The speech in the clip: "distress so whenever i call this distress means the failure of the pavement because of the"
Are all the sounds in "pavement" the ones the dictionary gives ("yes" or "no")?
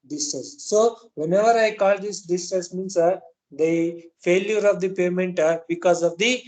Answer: no